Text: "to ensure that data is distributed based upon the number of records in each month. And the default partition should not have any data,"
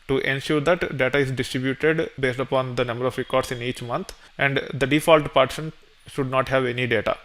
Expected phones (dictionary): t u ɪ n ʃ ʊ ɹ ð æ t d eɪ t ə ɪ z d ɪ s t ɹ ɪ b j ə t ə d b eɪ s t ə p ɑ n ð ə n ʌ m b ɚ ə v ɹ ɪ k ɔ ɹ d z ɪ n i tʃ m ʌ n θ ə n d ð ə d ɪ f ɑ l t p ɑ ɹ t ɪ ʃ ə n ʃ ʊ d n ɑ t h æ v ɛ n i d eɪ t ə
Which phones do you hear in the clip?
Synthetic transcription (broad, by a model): t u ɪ n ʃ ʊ ɹ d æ t d eɪ t ə ɪ z d ɪ s t ɹ ɪ b j ə t ə d b eɪ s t ə p ɑ n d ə n ʌ m b ɚ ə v ɹ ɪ k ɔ ɹ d s ɪ n i tʃ m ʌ n t ə n d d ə d ɪ f ɑ l t p ɑ ɹ t ɪ ʃ ə n ʃ ʊ d n ɑ t h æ v ɛ n i d eɪ t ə